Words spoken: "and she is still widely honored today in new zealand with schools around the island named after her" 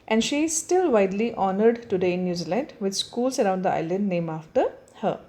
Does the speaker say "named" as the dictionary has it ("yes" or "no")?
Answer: no